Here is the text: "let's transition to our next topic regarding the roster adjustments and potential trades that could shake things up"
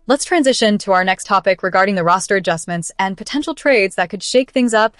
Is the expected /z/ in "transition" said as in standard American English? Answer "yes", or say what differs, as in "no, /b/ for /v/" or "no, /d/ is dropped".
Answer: yes